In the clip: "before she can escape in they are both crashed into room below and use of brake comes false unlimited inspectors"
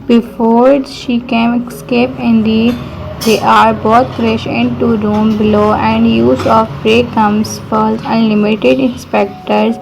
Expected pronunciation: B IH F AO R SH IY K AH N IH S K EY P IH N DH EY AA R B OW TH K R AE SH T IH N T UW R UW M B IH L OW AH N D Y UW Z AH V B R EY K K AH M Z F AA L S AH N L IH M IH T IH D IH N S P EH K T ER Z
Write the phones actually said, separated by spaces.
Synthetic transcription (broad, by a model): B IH F AO R SH IY K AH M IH S K EY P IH N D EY AA R B OW T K R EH SH IH N T UW R UW M B IH L OW AH N D Y UW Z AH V R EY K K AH M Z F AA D AH N L IH M IH T IH D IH N S P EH K T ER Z